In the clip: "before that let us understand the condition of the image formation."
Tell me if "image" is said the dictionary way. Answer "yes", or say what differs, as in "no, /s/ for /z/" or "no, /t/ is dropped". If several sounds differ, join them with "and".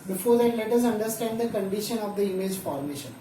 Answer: yes